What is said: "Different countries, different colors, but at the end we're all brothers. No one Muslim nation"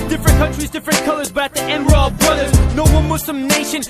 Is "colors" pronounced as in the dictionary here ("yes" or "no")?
yes